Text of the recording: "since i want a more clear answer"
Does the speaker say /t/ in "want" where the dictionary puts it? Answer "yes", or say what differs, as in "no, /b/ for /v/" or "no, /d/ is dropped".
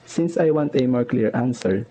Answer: yes